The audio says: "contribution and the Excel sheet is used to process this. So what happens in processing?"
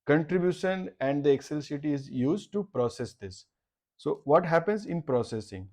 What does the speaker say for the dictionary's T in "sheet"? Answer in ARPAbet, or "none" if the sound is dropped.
none